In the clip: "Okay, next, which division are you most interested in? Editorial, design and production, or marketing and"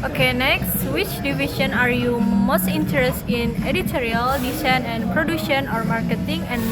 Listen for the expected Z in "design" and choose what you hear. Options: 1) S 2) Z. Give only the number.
1